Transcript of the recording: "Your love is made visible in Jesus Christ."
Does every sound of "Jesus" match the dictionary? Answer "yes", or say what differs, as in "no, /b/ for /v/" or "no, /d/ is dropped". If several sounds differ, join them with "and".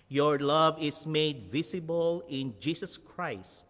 no, /s/ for /z/